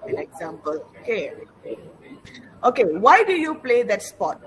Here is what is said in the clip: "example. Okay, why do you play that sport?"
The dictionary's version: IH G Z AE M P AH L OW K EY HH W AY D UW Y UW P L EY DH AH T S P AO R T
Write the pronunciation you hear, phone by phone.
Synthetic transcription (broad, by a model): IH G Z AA M P AH L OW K EY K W AY D UW Y UW P L EY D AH T S P AO T